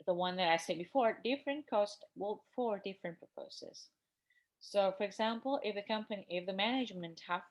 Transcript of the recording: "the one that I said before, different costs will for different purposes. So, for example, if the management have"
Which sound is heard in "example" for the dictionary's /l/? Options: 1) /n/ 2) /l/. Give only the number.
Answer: 1